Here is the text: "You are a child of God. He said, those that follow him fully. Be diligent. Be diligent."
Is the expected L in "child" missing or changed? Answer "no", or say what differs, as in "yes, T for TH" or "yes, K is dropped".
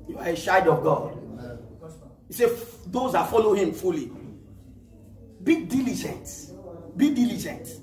yes, L is dropped